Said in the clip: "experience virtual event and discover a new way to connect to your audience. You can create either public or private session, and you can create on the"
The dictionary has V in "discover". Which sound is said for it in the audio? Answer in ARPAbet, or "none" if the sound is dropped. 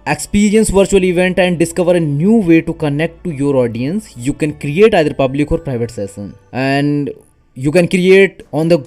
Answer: V